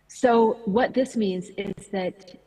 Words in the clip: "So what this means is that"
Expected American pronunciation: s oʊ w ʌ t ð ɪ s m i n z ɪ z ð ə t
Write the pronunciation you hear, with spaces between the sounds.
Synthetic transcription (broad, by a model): s oʊ w ʌ t ð ɪ s m i n z ɪ z ð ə t